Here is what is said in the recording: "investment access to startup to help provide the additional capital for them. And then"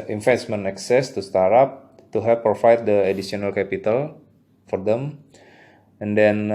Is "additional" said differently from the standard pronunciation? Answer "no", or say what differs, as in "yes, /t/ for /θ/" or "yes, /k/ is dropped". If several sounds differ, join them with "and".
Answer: yes, /s/ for /ʃ/